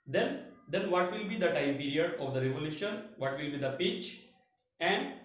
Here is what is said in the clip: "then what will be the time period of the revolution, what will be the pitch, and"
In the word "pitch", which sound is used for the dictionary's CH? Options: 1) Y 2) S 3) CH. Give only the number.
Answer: 3